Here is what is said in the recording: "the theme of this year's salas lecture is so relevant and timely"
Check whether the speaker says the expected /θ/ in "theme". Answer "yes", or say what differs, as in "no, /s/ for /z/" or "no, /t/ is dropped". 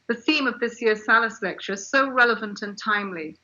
yes